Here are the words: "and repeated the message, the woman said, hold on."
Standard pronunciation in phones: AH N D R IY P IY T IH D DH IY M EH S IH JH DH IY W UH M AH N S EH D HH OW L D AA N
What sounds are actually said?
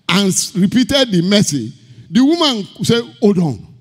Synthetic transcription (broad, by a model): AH N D R IY P IY T IH D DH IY M EH S IH JH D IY W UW M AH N S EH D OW D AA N